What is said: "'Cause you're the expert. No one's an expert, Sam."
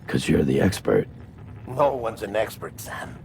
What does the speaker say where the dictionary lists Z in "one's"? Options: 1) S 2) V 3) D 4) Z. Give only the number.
4